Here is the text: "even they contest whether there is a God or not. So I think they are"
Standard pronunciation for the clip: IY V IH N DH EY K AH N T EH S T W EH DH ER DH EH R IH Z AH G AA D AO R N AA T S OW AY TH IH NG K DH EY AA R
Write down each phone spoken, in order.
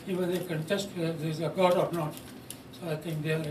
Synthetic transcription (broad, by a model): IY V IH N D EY K AH N T EH S T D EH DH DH IH Z AH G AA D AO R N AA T S OW AY T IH NG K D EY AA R